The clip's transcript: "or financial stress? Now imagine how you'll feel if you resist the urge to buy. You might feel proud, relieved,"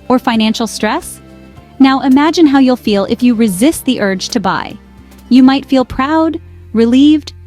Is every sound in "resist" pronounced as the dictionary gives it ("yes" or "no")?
yes